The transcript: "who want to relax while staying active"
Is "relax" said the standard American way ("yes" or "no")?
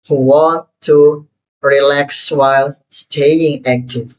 yes